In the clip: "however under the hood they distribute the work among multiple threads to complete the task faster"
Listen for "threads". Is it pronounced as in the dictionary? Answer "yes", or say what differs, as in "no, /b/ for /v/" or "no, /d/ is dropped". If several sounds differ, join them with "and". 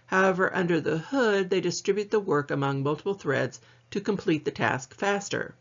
yes